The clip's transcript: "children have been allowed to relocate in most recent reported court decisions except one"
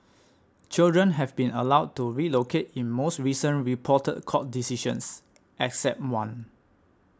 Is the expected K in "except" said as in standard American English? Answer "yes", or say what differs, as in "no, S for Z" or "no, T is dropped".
yes